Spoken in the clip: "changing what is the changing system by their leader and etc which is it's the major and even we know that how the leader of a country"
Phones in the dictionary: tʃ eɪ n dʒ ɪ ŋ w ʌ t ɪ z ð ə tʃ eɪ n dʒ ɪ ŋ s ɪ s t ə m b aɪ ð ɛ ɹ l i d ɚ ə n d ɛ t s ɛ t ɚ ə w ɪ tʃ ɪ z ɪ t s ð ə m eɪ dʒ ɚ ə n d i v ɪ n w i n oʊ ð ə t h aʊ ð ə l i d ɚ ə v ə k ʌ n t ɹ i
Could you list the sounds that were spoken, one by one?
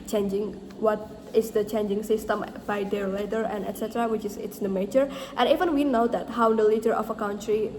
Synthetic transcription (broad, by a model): tʃ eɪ n dʒ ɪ ŋ w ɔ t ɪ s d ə tʃ eɪ n dʒ ɪ ŋ s ɪ s t ə m b aɪ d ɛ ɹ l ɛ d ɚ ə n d ɛ t s ɛ t ɚ ə w ɪ tʃ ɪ s ɪ t s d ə m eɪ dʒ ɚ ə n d i v ɪ n w i n oʊ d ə t h aʊ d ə l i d ɚ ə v ə k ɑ n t ɹ i